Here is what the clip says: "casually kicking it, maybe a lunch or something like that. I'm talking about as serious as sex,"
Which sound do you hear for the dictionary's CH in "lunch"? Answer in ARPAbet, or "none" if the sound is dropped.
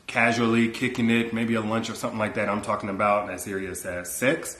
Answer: CH